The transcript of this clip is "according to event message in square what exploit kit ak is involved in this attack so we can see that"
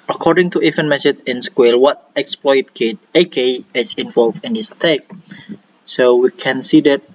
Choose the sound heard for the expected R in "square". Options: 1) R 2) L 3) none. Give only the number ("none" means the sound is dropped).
2